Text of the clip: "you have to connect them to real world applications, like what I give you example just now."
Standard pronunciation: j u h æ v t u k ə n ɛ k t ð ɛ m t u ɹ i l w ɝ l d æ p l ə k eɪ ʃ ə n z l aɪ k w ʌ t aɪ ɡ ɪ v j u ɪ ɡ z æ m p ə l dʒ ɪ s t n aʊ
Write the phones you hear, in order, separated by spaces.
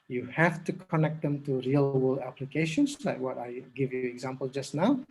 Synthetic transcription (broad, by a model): j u h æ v t u k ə n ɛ k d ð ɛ m t u ɹ i l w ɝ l æ p l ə k eɪ ʃ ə n s l aɪ k w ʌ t aɪ ɡ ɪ v j u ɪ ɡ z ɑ m p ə l dʒ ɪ s n aʊ